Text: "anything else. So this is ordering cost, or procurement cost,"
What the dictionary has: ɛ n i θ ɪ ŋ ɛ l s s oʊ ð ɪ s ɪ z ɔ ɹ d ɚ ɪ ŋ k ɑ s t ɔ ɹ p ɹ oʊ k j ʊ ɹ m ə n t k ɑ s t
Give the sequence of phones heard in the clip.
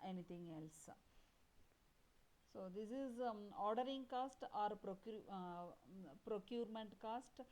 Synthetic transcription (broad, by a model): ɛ n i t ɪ ŋ ɛ l s s oʊ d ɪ s ɪ z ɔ ɹ d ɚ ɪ ŋ k ɑ s t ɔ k p ɹ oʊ k j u ɹ m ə n t k ɑ s t